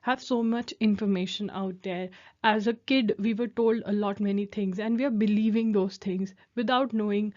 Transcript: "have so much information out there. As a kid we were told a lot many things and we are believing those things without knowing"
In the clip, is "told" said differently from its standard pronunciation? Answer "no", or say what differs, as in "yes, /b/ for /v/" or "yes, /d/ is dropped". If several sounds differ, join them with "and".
no